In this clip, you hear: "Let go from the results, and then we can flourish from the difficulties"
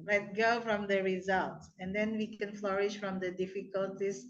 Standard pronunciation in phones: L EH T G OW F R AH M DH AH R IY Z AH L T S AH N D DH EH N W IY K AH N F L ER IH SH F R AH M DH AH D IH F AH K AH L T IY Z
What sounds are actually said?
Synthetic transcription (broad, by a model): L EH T G OW F R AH M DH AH R IY Z AH L T S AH N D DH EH N W IY K AH N F L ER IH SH F R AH M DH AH D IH F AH K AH L T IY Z